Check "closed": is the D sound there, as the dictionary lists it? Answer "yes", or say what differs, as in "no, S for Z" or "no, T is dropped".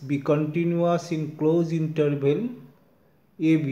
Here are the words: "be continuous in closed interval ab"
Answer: no, D is dropped